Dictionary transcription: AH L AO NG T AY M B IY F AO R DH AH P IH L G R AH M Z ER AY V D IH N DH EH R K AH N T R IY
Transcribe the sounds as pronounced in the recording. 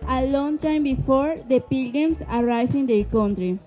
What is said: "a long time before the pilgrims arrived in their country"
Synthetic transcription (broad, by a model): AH L AO NG T AY M B IY F AO R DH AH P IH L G AH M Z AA AY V IH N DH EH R K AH N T R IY